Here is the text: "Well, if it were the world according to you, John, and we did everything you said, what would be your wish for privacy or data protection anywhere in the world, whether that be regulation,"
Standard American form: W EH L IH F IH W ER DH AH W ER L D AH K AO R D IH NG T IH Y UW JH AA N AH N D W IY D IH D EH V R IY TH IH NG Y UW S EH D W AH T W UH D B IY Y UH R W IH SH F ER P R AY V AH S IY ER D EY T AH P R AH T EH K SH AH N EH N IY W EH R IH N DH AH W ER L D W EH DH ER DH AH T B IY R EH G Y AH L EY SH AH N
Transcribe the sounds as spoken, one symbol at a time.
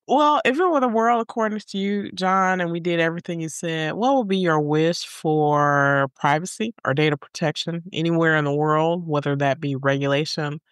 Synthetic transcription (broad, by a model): W EH L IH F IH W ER DH AH W ER L D AH K AO R D IH NG T IH Y UW JH AA N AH N W IY D IH D EH V R IY TH IH NG Y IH S EH D W AH T W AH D B IY Y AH R W IH SH F ER P R AY V AH S IY ER D EY T AH P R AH T EH K SH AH N EH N IY W EH R IH N DH AH W ER L D W EH DH ER DH AH T B IY R EH G Y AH L EY SH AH N